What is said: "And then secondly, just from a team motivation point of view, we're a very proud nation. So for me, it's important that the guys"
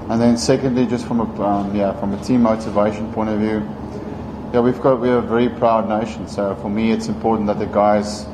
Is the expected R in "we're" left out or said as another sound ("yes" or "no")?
yes